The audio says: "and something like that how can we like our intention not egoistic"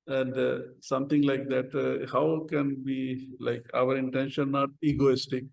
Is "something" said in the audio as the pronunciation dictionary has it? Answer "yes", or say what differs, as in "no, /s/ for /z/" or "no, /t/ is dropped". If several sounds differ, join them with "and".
no, /t/ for /θ/